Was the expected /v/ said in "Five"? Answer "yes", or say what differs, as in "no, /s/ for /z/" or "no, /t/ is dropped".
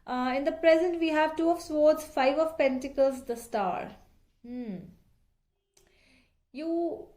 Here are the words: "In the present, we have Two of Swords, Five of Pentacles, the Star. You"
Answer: yes